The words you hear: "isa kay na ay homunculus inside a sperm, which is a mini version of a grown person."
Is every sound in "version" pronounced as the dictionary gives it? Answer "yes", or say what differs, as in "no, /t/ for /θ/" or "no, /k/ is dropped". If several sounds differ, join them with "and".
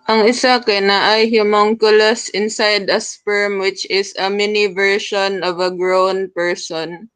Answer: no, /ʃ/ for /ʒ/